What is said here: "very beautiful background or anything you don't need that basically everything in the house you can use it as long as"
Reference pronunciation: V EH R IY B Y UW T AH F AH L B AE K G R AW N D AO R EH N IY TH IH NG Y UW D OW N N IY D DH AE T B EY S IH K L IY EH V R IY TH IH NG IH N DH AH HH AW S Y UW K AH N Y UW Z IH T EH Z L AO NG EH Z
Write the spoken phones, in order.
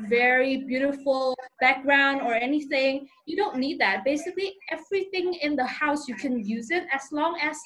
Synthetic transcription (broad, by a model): V EH R IY B Y UW T AH F AH L B AE K G R AW N D AO R EH N IY TH IH NG Y UW D OW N N IY D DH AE T B EY S IH K L IY EH V R IY TH IH NG IH N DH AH HH AW S Y UW K AH N Y UW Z IH T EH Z L AO NG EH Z